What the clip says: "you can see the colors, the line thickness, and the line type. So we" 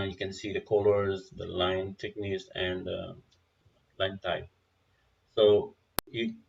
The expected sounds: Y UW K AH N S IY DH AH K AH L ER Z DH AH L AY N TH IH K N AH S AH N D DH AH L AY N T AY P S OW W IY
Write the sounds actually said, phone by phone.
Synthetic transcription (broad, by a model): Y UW K AH N S IY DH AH K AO L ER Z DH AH L AY N T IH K N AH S AH N D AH L AY N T AY S OW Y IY